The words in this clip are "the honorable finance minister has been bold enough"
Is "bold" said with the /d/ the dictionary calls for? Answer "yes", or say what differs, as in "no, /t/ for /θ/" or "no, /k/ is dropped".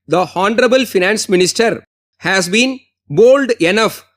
yes